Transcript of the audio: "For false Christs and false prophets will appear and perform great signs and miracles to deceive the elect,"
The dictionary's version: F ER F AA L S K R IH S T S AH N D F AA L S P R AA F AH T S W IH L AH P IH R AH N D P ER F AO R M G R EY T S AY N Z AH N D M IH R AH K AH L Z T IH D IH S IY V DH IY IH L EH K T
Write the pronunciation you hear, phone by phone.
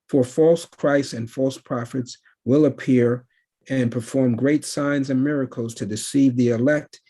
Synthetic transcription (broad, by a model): F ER F AA L S K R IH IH S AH N F AA L S P R AA F AH T S W IH L AH P IH R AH N P ER F AO R M G R EY T S AY N Z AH N M IH R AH K L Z T IH D IH S IY V DH IY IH L EH K T